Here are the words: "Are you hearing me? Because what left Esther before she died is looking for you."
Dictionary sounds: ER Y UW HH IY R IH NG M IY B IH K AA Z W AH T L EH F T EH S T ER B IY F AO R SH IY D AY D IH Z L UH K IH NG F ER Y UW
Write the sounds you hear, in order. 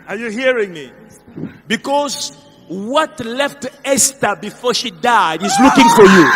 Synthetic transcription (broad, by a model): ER Y UW HH IY R IH NG M IY B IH K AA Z W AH T L EH F T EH S T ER B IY F AO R SH IY D AY D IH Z L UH K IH NG F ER Y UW